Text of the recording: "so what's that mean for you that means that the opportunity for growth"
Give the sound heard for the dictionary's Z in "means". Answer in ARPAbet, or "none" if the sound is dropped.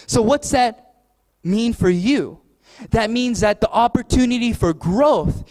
Z